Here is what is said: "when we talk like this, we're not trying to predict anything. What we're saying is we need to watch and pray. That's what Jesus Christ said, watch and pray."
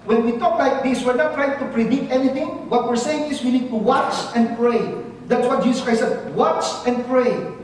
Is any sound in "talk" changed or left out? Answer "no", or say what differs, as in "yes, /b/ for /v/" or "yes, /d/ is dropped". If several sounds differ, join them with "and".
no